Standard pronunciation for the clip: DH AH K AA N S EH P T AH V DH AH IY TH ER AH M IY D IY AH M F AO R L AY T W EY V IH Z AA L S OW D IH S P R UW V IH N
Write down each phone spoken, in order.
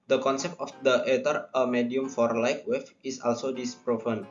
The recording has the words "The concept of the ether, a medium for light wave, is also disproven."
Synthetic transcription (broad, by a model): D AH K AA N S EH P T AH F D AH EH T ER AH M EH D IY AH M F AO R L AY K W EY F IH S AA L S OW D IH S P R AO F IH N